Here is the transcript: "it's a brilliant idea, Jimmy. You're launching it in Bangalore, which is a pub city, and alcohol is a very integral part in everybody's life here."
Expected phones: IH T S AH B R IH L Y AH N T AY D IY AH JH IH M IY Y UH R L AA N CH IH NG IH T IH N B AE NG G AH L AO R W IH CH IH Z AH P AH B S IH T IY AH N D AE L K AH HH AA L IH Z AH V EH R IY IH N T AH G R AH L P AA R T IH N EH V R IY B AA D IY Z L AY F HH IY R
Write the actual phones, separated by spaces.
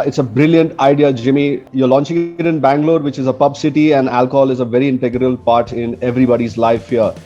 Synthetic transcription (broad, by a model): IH T S AH B R IH L Y AH N T AY D IY AH JH IH M IY Y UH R L AA N CH IH NG IH T IH N B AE NG G L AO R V IH CH IH Z AH P AH B S IH T IY AH N D AE L K AH HH AA L IH Z AH V EH R IY IH N T AH G R AH L P AA R T IH N EH V R IY B AA D IY Z L AY F HH IY R